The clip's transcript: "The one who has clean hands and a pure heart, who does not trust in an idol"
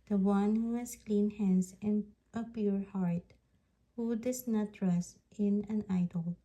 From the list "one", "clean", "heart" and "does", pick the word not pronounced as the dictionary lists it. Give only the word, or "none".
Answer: does